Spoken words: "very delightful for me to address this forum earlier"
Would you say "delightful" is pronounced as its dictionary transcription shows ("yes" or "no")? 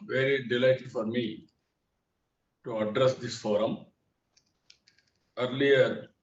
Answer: no